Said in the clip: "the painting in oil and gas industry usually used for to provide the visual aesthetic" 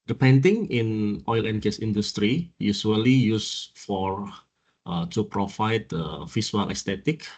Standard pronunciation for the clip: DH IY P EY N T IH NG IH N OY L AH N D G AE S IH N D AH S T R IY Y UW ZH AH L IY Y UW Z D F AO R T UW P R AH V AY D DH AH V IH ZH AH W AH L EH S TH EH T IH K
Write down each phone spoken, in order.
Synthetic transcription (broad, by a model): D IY P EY N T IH NG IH N OY L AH N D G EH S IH N D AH S T R IY Y UW S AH L IY Y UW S F AO R T UW P R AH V AY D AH F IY S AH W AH L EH S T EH T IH K